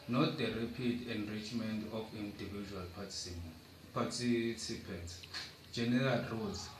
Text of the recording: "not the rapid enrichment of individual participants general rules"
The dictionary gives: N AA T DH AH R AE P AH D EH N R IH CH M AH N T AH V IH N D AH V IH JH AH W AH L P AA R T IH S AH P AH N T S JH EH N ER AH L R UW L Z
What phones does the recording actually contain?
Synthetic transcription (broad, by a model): N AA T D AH R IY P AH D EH N R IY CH M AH N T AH F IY N D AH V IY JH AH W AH L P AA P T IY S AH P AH N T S JH EH N ER AH L R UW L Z